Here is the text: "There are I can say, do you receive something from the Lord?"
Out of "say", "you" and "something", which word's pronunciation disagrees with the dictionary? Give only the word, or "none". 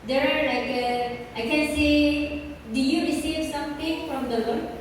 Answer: something